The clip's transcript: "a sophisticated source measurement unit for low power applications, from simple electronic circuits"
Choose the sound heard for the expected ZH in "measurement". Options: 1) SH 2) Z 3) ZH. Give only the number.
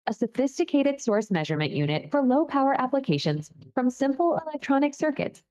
3